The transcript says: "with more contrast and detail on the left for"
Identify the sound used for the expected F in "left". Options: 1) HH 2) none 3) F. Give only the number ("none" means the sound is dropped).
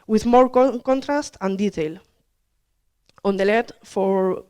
2